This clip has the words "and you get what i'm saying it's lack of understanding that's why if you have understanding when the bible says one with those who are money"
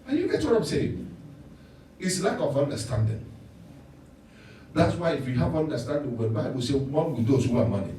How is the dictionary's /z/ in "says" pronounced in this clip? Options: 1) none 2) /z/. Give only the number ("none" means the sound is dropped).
1